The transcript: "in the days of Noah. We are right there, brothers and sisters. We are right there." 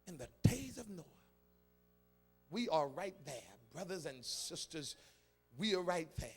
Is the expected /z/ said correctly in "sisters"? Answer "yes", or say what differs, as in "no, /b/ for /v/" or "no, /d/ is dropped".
yes